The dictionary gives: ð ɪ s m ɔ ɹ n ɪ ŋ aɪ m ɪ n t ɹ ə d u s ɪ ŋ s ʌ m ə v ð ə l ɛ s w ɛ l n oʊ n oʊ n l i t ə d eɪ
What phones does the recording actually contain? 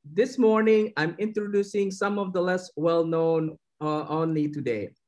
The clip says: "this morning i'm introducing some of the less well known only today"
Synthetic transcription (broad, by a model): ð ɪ s m ɔ ɹ n ɪ ŋ aɪ m ɪ n t ɹ ə d u s ɪ ŋ s ʌ m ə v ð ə l ɛ s w ɛ l n oʊ n oʊ n l i t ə d eɪ